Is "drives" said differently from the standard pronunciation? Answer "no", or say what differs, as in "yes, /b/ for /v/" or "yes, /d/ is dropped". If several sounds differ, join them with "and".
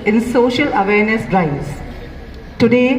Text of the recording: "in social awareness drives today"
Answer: yes, /s/ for /z/